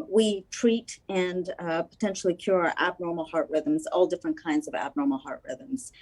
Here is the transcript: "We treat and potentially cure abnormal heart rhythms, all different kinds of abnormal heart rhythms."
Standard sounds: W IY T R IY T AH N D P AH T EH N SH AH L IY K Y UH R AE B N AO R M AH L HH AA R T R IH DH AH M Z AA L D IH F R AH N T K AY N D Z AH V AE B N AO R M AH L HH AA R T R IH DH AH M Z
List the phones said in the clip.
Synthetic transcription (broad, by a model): W IY T R IY T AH N P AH T EH N SH L IY K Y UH R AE B N AO R M L HH AA R T R IH DH AH M Z AA L D IH F R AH N K AY N D Z AH V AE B N AO R M L HH AA R T R IH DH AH M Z